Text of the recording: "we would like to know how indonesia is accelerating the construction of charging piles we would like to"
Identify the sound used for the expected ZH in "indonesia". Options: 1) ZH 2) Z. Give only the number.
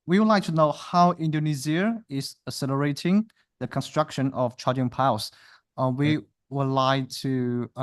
2